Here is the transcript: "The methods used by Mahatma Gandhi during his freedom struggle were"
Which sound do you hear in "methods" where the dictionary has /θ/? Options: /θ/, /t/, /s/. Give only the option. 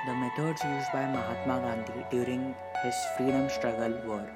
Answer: /t/